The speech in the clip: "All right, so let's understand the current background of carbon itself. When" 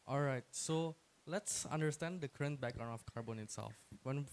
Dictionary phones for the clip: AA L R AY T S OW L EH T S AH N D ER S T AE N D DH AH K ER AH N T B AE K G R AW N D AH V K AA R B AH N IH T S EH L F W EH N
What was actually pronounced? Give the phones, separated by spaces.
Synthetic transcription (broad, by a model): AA L R AY T S OW L EH T S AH N D ER S T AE N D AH K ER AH N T B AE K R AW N AH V K AA R B AH N IH T S EH L F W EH N